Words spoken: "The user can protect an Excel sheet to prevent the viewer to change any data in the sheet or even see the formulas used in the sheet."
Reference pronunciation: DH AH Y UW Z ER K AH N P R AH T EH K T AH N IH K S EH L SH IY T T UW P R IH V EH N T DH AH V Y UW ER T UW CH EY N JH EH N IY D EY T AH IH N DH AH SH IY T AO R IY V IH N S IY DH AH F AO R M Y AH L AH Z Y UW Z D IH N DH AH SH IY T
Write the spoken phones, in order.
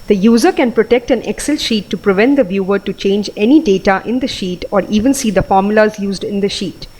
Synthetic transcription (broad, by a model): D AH Y UW Z ER K AH N P R AH T EH K T AH N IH K S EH L SH IY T T UW P R IH V EH N T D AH V Y UW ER T UW CH EY N JH EH N IY D EY T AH IH N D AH SH IY T AO R IY V IH N S IY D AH F AO R M Y AH L AH Z Y UW Z D IH N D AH SH IY T